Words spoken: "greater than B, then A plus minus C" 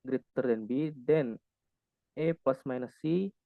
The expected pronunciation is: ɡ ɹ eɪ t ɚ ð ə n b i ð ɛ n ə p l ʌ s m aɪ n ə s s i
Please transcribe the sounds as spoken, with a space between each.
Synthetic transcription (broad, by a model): ɡ ɹ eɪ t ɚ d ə n b i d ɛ n ə p ʌ s m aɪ n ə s s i